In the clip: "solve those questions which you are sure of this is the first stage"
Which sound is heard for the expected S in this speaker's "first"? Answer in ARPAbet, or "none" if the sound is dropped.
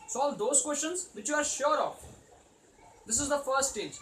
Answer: none